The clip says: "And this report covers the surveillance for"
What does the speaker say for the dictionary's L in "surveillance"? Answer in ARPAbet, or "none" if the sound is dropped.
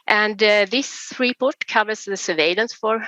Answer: L